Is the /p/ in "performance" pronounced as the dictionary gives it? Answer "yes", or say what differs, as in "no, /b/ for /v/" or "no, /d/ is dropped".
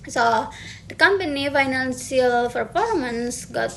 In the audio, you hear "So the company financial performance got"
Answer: no, /f/ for /p/